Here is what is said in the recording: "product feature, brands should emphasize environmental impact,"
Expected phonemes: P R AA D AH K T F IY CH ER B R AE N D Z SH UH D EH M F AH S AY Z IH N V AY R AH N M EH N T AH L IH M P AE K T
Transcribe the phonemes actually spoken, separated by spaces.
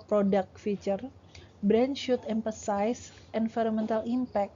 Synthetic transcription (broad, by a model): P R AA D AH K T F IY CH ER B R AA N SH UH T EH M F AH S AY S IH N F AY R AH M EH N T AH L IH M P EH K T